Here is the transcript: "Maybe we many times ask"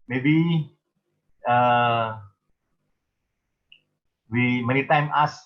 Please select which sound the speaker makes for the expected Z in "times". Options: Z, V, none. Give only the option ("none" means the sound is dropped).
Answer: none